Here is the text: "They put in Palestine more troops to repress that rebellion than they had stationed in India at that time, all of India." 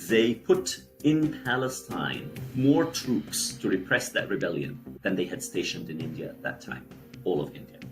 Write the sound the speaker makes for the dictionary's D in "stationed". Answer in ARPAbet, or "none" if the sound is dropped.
D